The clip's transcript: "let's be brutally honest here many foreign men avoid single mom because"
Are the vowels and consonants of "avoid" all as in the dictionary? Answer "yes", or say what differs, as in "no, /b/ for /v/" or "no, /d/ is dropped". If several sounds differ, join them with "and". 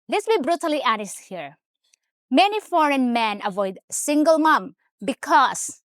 yes